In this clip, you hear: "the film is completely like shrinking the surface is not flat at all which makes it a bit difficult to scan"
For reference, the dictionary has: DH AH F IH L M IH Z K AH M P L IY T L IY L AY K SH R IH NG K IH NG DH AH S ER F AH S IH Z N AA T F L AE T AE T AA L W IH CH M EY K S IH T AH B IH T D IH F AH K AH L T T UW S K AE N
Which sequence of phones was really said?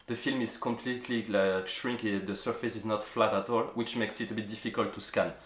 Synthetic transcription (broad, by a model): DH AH F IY L M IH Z K AH M P L IY T L IY L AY K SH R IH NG K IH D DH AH S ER F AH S IH Z N AA T F L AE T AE T AA L W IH CH M EY K S IH T AH B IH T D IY F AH K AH L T T UW S K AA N